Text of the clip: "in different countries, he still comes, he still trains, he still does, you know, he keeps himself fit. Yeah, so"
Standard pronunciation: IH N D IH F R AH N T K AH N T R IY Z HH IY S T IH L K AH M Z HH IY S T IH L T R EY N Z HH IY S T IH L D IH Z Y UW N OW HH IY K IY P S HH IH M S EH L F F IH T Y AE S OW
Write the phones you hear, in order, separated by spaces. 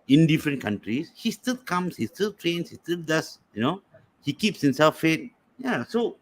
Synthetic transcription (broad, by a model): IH N D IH F R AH N K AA N T R IY S HH IY S T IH L K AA M S HH IY S T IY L T R EY N S HH IY S T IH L D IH S Y UW N OW HH IY K IY P S HH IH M S EH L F F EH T Y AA S OW